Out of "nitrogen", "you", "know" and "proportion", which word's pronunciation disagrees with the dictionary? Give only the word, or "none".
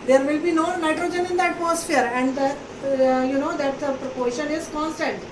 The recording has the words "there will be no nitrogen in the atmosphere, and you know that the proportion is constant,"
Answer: none